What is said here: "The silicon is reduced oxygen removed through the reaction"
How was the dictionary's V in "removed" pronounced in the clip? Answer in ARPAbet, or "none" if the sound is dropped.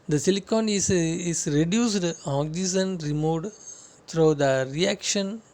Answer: none